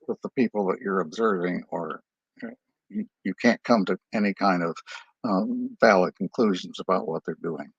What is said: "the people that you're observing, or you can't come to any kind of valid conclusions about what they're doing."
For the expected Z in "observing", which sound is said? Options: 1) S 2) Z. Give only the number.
2